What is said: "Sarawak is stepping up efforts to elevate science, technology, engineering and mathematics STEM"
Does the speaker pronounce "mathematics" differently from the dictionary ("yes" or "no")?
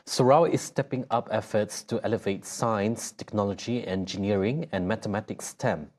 yes